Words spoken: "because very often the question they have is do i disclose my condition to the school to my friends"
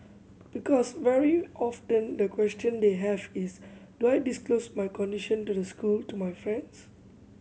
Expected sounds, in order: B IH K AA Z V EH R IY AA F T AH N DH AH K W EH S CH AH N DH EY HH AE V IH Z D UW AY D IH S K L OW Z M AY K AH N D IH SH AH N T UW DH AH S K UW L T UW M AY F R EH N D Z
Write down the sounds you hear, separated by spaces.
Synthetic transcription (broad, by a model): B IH K AA S V EH R IY AA F T AH N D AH K W EH S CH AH N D EY HH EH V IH S D UW AY D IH S K L OW S M AY K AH N D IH SH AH N T UW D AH S K UW L T UW M AY F R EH N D S